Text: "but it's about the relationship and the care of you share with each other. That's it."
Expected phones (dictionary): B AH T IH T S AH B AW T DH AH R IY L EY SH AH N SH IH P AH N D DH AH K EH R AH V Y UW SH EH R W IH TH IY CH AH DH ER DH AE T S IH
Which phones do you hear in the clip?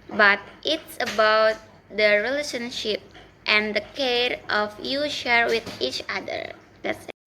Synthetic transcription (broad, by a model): B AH T IH T S AH B AW T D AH R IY L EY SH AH N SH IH P AH N D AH K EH R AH F Y UW SH EH R W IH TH IY CH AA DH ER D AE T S